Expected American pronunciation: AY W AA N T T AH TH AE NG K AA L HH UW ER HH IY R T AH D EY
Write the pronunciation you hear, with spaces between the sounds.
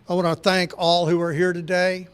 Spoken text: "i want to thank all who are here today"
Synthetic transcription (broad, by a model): AY W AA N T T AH TH AE NG K AA L HH UW ER HH IY R T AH D EY